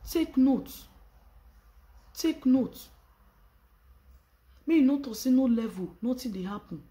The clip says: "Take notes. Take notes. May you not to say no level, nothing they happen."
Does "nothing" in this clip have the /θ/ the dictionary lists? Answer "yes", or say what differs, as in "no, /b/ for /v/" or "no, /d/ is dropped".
no, /t/ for /θ/